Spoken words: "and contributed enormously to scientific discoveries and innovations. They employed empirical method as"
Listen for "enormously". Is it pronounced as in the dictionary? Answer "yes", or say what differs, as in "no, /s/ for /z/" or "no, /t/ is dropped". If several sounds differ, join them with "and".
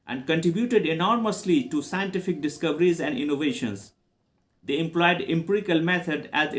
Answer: yes